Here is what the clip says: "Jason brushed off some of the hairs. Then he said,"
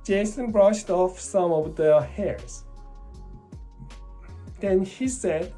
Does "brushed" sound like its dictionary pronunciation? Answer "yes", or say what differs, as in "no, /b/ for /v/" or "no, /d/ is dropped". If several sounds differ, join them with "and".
yes